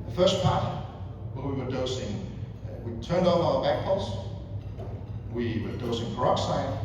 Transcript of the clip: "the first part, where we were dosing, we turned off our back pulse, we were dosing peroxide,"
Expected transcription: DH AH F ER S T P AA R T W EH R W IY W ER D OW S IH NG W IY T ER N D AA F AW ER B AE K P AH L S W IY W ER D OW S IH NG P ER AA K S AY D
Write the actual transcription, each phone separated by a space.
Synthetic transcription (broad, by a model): DH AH F ER S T P AA R T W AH W IY W ER D OW S IH NG W IY T ER N D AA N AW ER B AE K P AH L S W IY W ER D OW S IH NG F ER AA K S AY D